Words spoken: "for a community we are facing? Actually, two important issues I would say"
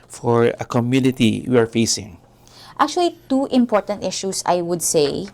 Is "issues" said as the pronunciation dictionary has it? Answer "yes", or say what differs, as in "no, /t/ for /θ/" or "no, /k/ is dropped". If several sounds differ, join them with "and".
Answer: no, /s/ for /z/